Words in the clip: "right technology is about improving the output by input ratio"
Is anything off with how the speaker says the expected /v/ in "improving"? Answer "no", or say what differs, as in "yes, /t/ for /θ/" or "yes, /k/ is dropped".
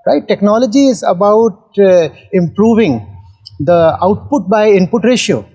no